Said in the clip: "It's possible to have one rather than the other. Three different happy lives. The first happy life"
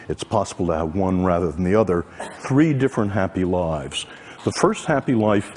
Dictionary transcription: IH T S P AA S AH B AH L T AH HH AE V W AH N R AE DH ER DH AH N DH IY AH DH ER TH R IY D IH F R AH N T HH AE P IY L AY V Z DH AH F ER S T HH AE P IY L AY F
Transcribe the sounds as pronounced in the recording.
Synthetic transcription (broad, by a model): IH T S P AA S AH B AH L T AH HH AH V W AH N R AE DH ER DH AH N DH IY AH DH ER TH R IY D IH F R AH N T HH AE P IY L AY V Z DH AH F ER S T HH AE P IY L AY F